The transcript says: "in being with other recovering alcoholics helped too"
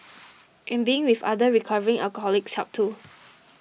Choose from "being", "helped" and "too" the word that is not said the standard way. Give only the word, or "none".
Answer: helped